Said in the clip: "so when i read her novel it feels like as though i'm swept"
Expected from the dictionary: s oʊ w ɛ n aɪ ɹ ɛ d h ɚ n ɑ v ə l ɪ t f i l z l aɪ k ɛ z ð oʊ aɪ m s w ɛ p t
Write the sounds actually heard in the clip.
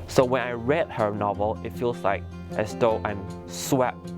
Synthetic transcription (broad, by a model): s oʊ w ɛ n aɪ ɹ ɛ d h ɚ n ɑ v ə l ɪ t f i l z l aɪ k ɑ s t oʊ aɪ m s w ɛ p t